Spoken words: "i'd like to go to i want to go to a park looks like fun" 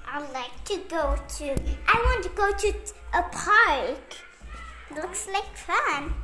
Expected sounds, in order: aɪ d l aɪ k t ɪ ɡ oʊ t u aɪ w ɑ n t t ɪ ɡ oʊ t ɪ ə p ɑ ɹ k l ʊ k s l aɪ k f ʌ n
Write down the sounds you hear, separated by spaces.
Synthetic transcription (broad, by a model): aɪ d l aɪ k t ɪ ɡ oʊ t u aɪ w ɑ n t t ɪ ɡ oʊ t ɪ ə p ɑ ɹ k l ʊ k s l aɪ k f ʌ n